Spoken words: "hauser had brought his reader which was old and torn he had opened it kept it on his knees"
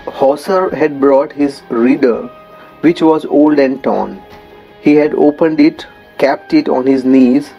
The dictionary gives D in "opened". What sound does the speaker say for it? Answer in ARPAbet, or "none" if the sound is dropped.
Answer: D